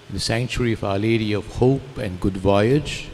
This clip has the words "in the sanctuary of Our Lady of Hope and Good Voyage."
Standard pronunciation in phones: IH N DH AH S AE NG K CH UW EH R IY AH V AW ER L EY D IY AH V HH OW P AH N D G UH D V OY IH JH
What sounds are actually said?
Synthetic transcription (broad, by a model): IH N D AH S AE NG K CH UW R IY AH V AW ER L EY D IY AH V HH OW P AH N D G UH D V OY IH JH